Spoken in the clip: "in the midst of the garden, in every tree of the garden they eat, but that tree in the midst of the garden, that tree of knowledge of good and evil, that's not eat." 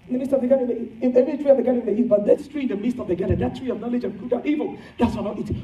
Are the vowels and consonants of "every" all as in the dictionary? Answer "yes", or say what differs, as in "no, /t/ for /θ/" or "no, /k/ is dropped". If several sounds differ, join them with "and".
no, /ɹ/ is dropped